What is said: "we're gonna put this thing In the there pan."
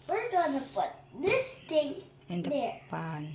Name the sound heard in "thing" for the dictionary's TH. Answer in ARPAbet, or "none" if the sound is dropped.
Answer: T